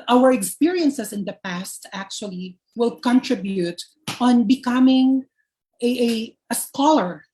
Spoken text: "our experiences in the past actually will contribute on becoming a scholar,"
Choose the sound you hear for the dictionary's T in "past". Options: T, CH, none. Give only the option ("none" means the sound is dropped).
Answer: T